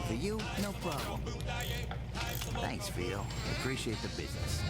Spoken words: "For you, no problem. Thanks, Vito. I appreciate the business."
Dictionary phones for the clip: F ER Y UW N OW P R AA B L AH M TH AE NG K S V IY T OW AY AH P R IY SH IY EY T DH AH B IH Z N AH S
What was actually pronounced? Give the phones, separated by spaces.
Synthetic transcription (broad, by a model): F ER Y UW N OW P R AA B L AH M TH AE NG K S F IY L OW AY AH P R IY SH IY EY T DH AH B IH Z N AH S